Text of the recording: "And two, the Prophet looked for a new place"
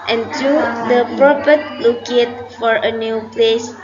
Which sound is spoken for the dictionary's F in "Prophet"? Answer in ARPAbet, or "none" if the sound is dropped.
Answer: P